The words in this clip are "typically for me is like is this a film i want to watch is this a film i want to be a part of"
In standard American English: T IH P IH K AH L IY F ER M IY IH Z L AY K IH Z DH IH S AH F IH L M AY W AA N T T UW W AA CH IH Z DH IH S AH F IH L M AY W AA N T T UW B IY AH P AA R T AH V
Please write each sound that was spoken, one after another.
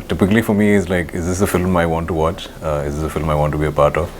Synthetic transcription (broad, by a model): T IH P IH K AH L IY F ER M IY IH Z L AY K IH Z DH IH S AH F IH L M AY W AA N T T UW W AA CH IH Z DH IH S AH F IH L M AY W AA N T T UW B IY AH P AA R T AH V